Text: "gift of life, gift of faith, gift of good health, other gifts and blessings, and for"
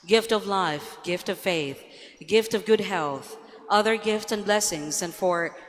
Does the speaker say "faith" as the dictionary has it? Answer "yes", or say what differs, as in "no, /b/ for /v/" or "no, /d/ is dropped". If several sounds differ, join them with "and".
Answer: yes